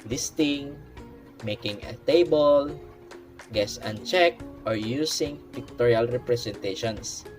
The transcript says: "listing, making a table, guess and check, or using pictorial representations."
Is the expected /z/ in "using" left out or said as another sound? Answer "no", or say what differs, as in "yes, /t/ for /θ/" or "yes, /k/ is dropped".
yes, /s/ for /z/